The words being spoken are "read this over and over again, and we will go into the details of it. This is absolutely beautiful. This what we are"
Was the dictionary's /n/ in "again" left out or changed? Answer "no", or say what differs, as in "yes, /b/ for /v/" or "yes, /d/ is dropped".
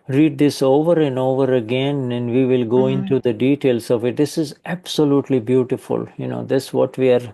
no